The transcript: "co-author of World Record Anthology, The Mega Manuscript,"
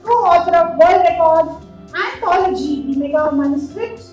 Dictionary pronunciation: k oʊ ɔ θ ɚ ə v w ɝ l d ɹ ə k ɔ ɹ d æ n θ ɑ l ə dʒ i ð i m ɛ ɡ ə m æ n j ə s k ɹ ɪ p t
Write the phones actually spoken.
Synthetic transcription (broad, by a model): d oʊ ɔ t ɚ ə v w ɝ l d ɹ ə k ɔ ɹ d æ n t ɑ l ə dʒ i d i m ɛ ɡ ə m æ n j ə s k ɹ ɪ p t